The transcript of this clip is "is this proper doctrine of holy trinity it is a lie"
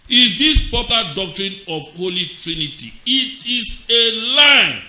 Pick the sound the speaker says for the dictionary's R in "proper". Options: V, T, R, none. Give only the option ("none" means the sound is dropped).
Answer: none